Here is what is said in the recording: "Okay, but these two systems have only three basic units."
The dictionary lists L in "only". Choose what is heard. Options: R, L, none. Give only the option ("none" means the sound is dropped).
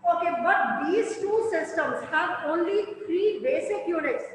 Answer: L